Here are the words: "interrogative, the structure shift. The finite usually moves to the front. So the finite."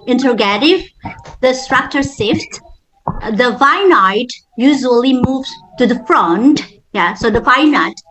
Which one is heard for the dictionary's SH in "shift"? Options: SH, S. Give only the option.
S